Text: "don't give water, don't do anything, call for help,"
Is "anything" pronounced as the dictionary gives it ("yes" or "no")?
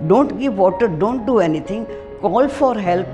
no